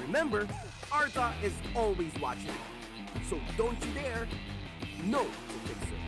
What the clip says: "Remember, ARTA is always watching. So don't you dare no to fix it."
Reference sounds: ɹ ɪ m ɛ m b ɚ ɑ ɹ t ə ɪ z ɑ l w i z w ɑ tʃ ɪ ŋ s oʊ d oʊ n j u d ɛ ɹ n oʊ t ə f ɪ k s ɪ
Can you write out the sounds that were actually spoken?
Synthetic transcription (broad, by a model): ɹ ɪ m ɛ m b ɚ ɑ ɹ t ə ɪ z ɑ l w i z w ɑ tʃ ɪ ŋ s oʊ d oʊ n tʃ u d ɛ ɹ n oʊ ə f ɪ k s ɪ